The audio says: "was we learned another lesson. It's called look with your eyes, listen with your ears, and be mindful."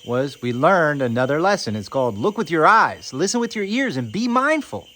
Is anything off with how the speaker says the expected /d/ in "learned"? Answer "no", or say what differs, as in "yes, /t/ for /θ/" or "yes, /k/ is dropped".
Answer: no